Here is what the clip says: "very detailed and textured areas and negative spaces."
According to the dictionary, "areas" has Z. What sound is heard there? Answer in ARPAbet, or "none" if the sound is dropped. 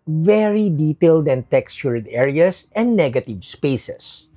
S